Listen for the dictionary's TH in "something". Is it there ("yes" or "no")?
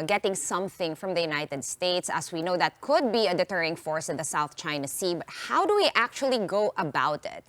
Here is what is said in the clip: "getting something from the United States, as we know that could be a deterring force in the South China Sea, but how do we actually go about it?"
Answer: yes